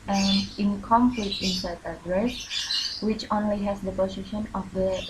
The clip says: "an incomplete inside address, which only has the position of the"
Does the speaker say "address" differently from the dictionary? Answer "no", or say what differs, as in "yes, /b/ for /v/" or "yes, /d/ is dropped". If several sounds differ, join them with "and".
no